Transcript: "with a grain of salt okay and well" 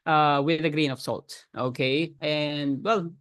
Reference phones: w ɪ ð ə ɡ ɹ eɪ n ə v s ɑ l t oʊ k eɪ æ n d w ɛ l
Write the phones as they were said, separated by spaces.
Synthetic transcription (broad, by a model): w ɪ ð ə ɡ ɹ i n ə v s ɑ l t oʊ k eɪ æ n d w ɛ l